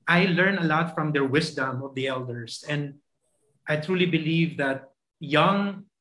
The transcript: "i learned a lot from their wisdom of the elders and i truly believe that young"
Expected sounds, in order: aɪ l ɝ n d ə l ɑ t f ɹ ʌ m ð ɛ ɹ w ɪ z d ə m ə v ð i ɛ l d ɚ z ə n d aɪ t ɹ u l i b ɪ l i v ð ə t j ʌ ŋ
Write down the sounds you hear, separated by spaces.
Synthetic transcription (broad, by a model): aɪ l ɝ n ə l ɑ t f ɹ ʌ m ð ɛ ɹ w ɪ s d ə m ə v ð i ɛ l d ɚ s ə n d aɪ t ɹ u l i b ɪ l i v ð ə t j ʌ ŋ